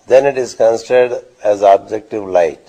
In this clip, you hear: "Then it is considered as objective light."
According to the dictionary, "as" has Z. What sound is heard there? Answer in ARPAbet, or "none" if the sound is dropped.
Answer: Z